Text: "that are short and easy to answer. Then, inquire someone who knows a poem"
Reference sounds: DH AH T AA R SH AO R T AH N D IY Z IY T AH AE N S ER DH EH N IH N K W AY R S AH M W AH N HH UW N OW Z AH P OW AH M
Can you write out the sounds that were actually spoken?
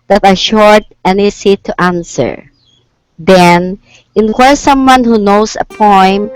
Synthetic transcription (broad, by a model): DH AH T AA R SH AO R T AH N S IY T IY T AH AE N S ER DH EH N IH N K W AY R S AH M W AH N HH UW N OW S AH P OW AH M